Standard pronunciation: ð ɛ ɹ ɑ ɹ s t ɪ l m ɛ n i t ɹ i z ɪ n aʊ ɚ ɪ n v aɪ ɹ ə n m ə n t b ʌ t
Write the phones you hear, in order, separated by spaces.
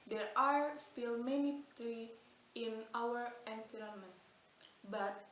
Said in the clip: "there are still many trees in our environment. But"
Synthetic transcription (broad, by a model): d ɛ ɹ ɑ ɹ s t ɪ l m ɛ n i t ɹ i ɪ n aʊ ɚ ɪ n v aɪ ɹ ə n m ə n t b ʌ t